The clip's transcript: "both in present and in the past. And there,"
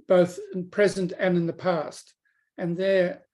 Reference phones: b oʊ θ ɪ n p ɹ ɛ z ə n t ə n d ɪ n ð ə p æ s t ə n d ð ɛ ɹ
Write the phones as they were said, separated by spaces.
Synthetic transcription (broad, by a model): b oʊ θ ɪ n p ɹ ɛ z ə n t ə n ɪ n ð ə p æ s t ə n ð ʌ ɹ